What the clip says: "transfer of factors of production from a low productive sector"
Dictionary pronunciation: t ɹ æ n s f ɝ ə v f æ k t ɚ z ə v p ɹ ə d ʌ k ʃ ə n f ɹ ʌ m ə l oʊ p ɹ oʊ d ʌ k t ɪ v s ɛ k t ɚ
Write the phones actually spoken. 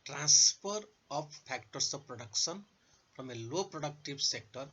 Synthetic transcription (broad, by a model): t ɹ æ n s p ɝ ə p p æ k t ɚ s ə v p ɹ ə d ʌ k s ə n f ɹ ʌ m ə l oʊ p ɹ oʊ d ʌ k t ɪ b s ɛ k t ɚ